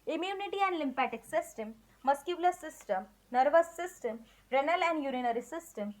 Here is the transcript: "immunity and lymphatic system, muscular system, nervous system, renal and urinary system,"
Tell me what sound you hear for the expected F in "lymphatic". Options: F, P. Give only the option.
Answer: P